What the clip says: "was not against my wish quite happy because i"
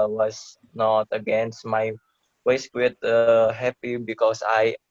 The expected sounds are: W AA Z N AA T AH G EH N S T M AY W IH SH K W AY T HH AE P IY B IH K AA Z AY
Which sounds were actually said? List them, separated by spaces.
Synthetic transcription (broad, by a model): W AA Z N AA T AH G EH N S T M AY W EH S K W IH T HH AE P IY B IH K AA S AY